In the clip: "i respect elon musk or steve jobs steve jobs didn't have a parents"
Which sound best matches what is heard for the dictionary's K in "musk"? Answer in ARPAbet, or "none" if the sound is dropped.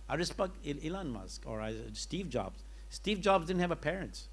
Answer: K